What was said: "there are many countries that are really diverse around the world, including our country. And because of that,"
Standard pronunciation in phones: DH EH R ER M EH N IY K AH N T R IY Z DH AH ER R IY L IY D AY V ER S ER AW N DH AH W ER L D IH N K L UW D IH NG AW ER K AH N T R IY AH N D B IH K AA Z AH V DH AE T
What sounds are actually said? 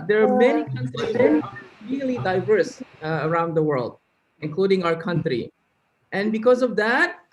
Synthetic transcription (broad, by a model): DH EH R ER M EH N IY K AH N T R IY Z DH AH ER R IY L IY D AY V ER S ER AW N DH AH W ER L D IH N K L UW D IH NG AW ER K AH N T R IY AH N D B IH K AA Z AH V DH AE T